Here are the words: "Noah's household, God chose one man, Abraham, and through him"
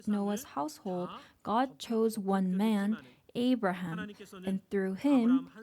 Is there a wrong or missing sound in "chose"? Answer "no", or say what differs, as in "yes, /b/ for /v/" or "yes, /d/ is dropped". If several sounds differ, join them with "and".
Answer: no